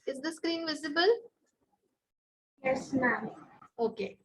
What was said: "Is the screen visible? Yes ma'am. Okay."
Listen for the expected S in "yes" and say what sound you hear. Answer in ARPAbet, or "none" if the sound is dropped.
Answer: S